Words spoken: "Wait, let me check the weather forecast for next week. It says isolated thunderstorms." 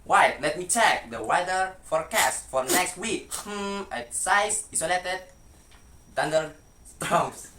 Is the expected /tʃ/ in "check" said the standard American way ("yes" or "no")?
yes